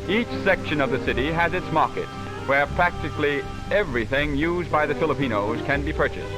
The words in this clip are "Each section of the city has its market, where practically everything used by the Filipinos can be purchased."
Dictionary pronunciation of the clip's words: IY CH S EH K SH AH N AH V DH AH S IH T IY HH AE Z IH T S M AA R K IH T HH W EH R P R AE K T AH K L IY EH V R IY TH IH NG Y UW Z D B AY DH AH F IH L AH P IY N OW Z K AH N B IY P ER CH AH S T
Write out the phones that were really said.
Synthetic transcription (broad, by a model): IY CH S EH K SH AH N AH V DH AH S IH T IY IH Z IH T S M AA R K IH T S W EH R P R AE K T AH K L IY EH V R IY TH IH NG Y UW Z B AY DH AH F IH L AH P IY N OW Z K AH N B IY P ER CH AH S T